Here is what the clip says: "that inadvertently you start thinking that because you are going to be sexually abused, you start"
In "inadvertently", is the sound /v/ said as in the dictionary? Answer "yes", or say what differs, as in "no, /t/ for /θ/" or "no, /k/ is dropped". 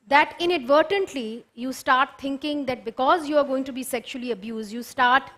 yes